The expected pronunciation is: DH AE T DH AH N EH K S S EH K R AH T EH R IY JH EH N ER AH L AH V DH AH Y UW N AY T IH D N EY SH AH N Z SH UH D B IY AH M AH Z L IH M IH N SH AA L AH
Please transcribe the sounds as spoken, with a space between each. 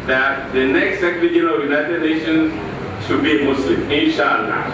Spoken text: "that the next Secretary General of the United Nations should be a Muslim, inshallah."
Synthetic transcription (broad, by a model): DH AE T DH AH N EH K S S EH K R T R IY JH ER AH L AH V Y UW N AY T IH D N EY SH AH N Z SH UH D B IY AH M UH S L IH M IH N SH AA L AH